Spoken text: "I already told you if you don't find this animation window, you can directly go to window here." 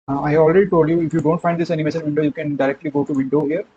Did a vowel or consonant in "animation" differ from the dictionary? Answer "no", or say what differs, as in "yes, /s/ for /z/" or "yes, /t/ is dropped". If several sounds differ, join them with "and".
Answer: yes, /s/ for /ʃ/